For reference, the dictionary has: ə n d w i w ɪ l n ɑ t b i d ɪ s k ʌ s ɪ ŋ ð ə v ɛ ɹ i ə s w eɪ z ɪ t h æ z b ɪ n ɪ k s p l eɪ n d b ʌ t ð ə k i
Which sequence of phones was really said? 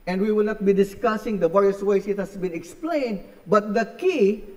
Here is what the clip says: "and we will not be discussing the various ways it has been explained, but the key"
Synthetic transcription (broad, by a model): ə n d w i w ɪ l n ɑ t b i d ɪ s k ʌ s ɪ ŋ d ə v ɛ ɹ i ə s w eɪ s ɪ t h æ s b ɪ n ɪ k s p l eɪ n d b ʌ t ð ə k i